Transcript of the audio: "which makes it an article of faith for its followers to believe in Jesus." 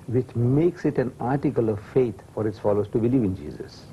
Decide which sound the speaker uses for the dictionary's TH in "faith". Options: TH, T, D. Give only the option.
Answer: T